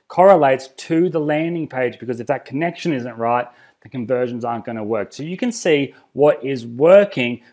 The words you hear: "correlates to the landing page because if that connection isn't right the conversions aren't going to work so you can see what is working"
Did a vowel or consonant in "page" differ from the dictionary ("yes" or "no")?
no